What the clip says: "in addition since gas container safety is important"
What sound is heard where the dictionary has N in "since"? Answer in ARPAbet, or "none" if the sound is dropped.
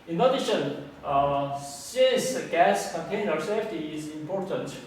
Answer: none